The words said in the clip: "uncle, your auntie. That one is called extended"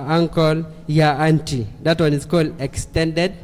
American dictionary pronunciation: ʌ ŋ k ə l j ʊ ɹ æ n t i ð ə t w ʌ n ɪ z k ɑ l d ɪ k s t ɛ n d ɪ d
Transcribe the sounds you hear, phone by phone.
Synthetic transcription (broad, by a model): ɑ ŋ k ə l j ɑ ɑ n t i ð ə t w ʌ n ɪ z k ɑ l ɪ k s t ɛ n d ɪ d